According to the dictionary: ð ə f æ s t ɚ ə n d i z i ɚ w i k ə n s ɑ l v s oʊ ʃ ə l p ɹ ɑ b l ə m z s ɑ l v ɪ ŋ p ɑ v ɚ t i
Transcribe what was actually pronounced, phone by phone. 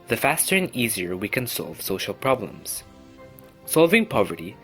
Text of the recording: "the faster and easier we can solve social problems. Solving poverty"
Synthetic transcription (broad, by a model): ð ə f æ s t ɚ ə n i z i ɚ w i k ə n s ɑ l v s oʊ ʃ ə l p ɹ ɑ b l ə m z s ɑ l v ɪ ŋ p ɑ v ɚ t i